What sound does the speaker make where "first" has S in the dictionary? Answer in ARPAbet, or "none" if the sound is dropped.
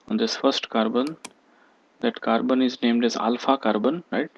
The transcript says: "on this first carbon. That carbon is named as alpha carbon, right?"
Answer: S